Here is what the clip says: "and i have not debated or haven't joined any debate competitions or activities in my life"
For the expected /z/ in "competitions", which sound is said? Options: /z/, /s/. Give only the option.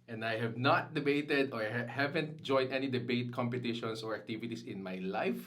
/s/